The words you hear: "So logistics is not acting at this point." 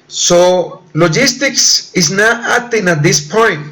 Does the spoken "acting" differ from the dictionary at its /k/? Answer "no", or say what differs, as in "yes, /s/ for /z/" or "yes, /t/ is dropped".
yes, /k/ is dropped